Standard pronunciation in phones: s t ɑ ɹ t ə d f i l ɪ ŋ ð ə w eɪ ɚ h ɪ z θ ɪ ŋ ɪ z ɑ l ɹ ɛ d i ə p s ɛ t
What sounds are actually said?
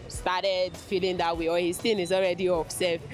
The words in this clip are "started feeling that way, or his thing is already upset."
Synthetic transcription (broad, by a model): s t ɑ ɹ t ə d f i l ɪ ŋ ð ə w eɪ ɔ h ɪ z t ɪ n ɪ z ɑ l ɹ ɛ d i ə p s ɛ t